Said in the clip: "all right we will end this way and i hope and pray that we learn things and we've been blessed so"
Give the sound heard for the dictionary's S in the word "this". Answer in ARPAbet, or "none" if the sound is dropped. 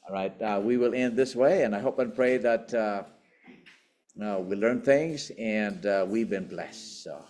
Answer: S